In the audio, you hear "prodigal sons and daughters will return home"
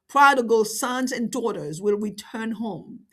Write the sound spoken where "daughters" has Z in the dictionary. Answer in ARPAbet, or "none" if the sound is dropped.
Z